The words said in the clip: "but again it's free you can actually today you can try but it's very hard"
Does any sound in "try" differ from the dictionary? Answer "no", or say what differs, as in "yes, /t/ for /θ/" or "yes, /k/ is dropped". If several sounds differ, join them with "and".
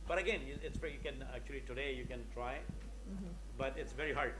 no